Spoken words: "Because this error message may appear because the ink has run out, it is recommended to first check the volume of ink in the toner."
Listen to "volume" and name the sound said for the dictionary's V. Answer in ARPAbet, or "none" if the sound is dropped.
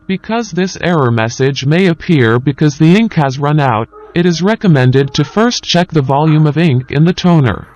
V